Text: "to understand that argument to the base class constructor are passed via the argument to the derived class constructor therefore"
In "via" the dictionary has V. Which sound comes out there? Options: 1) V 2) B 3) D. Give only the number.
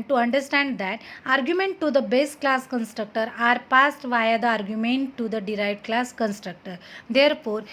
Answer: 1